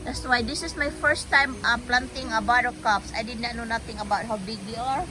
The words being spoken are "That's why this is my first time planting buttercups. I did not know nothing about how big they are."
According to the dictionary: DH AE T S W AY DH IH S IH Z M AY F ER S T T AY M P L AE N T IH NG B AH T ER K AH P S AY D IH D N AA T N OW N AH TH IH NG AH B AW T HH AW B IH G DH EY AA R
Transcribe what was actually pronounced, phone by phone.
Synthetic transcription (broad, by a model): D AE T S W AY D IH S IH S M AY F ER S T T AY M P L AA N T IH NG B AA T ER K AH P S AY D IH D N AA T N OW N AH T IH NG AH B AW T HH AW B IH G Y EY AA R